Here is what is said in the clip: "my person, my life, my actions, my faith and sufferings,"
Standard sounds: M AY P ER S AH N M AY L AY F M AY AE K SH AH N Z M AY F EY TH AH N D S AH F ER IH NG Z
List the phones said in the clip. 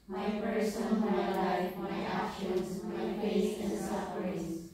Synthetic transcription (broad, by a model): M AY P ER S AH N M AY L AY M AY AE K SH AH N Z M AY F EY S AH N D S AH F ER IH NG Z